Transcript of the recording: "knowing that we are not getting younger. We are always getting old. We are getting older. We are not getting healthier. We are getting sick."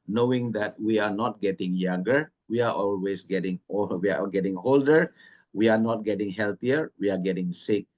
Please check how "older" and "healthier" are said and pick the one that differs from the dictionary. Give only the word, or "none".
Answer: healthier